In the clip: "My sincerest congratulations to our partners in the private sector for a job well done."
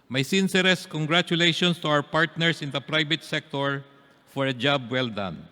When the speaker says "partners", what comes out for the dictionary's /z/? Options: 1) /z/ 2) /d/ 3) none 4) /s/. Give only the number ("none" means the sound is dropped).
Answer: 4